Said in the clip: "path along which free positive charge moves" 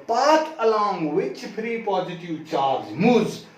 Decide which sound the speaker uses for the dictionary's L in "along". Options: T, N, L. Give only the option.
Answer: L